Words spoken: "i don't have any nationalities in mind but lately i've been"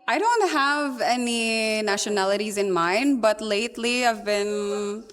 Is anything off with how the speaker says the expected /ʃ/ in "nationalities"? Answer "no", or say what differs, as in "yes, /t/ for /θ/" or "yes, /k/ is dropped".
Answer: no